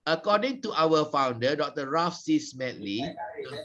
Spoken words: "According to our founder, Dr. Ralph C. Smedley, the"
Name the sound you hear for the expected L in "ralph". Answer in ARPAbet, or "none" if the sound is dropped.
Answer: none